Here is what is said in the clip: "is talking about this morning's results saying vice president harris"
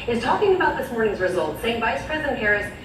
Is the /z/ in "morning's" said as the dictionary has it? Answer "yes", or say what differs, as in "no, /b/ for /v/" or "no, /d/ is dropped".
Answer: yes